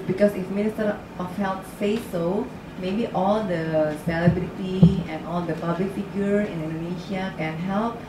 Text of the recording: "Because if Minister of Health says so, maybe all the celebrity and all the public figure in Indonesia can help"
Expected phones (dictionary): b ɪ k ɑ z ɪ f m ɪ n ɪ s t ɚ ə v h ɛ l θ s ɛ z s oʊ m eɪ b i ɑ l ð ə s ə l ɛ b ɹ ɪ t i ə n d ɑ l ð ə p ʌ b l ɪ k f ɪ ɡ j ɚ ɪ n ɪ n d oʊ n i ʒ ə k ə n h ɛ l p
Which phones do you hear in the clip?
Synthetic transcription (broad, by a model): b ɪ k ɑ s ɪ f m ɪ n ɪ s t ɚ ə f h ɛ l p s ɛ s oʊ m eɪ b i ɑ l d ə s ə l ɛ b l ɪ t i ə n ɑ l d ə p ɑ b l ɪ k f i ɡ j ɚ ɪ n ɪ n d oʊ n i ʃ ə k ə n h ɛ l p